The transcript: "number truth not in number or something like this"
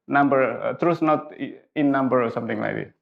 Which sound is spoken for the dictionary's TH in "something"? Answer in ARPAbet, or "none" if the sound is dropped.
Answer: T